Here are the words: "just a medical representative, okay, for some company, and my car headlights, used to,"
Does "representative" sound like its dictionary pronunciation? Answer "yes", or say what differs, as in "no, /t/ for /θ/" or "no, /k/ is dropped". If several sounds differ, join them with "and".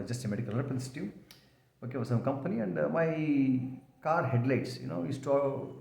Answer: no, /v/ is dropped